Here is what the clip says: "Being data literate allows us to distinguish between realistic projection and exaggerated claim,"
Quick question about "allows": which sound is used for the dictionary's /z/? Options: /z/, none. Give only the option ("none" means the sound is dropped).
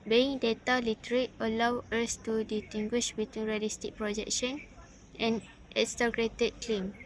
none